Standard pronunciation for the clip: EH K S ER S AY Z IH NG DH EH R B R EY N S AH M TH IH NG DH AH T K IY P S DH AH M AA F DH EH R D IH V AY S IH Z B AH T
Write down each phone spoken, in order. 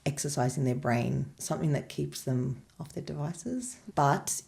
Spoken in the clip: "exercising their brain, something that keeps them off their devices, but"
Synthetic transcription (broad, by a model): EH K S ER S AY Z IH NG DH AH R B R EY N S AH M TH IH NG DH AH T K IY P S DH AH M AA F DH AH R D IH V AY S IH Z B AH T